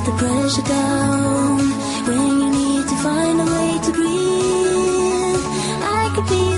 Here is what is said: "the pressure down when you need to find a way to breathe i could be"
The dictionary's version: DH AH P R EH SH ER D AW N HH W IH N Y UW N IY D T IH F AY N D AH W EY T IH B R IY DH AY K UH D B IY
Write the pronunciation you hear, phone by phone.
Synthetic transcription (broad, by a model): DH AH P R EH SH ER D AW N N W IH N Y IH N IY D T IH F AY N D AH W EY T IH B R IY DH AY K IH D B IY